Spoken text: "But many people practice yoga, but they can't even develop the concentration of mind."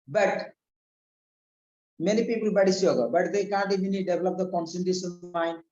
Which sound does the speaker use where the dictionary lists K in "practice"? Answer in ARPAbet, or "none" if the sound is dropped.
none